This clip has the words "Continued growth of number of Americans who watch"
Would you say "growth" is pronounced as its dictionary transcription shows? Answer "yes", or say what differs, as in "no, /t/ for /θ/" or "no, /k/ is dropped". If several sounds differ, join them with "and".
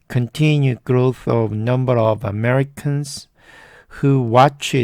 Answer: yes